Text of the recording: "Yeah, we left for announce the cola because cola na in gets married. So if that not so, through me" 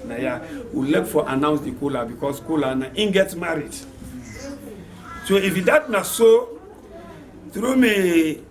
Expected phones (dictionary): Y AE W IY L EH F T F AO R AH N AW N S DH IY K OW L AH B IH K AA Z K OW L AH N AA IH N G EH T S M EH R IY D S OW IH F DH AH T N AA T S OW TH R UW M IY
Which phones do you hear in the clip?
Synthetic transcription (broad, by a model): Y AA W IY L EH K F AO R AH N AW N S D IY K OW L AH B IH K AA S K OW L AH N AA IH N G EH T M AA R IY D S OW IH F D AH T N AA S OW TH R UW M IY